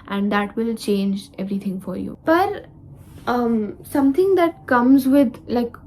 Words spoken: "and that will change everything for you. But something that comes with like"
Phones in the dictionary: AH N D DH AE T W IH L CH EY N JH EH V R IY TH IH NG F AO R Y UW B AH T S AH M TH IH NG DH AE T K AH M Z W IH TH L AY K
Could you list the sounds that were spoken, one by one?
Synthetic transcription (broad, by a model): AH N D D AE T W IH L CH EY N JH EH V R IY T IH NG F AO R Y UW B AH T S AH M T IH NG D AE T K AH M Z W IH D L AY K